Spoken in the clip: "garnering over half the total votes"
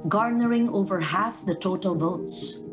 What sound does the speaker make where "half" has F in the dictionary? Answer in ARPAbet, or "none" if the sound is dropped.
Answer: F